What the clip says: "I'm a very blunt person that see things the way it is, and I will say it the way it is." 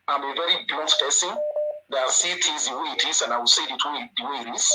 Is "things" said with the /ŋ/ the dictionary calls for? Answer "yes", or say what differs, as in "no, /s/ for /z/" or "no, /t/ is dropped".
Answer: no, /ŋ/ is dropped